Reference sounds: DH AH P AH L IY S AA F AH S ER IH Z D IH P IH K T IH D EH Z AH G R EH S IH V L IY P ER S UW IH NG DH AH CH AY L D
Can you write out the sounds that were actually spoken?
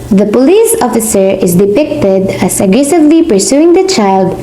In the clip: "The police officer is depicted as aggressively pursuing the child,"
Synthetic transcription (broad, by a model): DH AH P AH L IY S AA F AH S ER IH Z D IH P IH K T IH D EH S AH G R EH S IH V L IY P ER S UW IH NG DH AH CH AY L D